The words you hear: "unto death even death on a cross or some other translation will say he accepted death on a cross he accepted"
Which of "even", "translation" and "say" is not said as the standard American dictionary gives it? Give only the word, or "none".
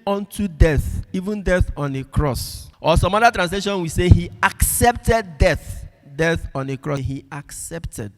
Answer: none